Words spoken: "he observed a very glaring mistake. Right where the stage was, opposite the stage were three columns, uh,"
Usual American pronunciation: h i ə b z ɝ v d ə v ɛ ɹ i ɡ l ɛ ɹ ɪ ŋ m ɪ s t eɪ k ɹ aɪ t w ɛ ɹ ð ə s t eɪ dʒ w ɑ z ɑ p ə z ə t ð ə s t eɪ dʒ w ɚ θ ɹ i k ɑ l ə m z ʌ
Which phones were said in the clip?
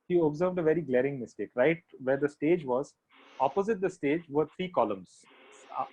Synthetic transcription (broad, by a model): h i ə b z ɝ v d ə v ɛ ɹ i ɡ l ɛ ɹ ɪ ŋ m ɪ s t eɪ k ɹ aɪ t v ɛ ɹ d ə s t eɪ dʒ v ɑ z ɑ p ə z ə t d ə s t eɪ dʒ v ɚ t ɹ i k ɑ l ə m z